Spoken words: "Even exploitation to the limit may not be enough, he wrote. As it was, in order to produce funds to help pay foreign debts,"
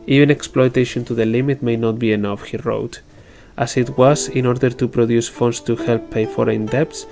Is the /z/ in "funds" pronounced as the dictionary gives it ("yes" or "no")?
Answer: no